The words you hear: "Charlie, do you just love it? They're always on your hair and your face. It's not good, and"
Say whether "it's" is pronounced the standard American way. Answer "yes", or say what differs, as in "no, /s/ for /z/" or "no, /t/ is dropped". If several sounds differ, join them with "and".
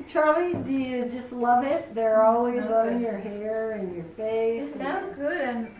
no, /s/ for /t/